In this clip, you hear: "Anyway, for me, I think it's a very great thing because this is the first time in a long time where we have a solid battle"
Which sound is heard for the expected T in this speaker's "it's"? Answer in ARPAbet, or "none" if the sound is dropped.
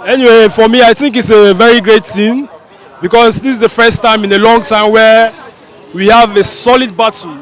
T